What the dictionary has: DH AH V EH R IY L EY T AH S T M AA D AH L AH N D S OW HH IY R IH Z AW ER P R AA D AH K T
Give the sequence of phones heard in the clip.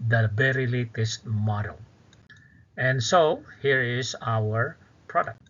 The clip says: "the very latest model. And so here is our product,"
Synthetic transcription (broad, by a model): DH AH B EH R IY L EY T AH S T M AA D AH L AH N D S OW HH IY R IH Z AW ER P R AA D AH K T